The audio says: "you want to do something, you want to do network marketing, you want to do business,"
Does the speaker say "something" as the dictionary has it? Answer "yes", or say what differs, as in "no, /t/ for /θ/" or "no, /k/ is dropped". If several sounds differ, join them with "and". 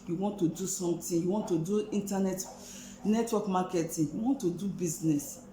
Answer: no, /t/ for /θ/